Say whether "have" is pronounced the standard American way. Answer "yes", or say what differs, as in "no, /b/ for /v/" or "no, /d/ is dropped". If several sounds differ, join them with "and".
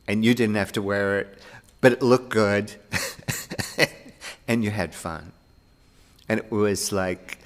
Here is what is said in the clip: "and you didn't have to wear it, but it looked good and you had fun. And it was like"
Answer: no, /f/ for /v/